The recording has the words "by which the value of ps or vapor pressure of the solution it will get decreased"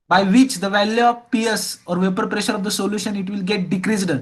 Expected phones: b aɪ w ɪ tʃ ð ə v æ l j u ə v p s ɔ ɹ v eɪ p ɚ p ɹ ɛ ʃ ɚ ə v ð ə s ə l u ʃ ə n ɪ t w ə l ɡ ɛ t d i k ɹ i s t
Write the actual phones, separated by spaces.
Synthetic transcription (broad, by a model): b aɪ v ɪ tʃ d ə v æ l j u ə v p s ɔ ɹ v eɪ p ɚ p ɹ ɛ ʃ ɚ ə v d ə s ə l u ʃ ə n ɪ t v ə l ɡ ɛ t d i k ɹ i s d